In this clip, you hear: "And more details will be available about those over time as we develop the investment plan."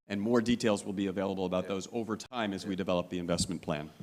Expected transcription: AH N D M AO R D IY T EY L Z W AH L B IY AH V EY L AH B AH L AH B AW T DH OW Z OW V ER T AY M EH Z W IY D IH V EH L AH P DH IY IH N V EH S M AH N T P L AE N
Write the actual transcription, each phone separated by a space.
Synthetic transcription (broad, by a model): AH N M AO R D IY T EY L Z W AH L B IY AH V EY L AH B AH L AH B AW T DH OW Z OW V ER T AY M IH Z W IY D IH V EH L AH P DH IY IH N V EH S M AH N P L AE N